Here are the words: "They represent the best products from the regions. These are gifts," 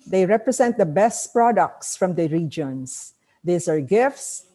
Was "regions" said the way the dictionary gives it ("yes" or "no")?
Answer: no